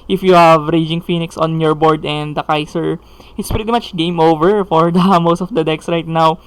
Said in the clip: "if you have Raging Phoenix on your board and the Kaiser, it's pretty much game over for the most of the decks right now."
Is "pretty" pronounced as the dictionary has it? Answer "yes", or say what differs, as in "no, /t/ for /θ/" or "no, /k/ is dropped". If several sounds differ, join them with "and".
yes